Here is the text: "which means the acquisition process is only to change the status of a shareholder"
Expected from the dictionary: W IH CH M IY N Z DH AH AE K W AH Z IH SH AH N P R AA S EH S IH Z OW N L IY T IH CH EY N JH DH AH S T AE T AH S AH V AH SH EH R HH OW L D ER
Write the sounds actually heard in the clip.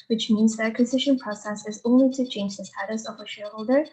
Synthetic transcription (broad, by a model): W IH CH M IY N Z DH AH AE K W AH Z IH SH AH N P R AA S EH S IH Z OW N L IY T IH CH EY N JH DH AH S T AE T AH S AH V AH SH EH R HH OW L D ER